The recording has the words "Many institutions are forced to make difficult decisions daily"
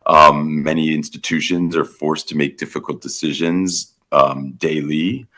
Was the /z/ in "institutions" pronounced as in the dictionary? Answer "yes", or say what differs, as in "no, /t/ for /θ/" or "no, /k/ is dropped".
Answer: yes